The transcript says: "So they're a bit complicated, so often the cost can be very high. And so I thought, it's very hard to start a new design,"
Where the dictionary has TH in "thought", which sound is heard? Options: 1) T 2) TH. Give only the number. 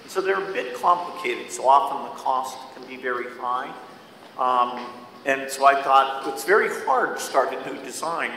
2